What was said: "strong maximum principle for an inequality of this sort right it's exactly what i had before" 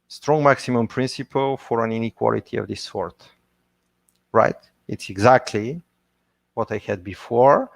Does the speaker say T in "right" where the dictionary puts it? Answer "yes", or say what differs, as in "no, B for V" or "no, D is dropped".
yes